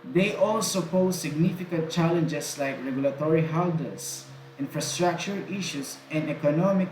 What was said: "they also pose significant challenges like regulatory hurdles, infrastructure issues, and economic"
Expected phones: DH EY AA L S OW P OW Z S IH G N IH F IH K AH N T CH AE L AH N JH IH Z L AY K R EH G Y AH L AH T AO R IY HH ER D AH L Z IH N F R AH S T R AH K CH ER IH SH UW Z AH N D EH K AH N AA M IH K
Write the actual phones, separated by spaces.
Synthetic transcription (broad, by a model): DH EY AA L S OW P OW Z S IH G N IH F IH K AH N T CH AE L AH N JH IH S L AY K R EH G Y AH L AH T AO R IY HH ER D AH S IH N F R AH S T R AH K CH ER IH SH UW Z AH N D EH K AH N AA M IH K